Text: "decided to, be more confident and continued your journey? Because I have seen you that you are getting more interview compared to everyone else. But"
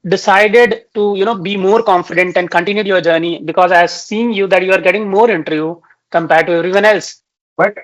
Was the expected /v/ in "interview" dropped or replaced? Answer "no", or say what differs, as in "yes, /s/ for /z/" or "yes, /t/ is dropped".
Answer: yes, /v/ is dropped